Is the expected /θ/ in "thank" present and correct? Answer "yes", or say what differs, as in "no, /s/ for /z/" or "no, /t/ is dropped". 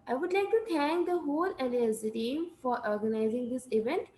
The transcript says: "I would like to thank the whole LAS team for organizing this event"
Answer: no, /t/ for /θ/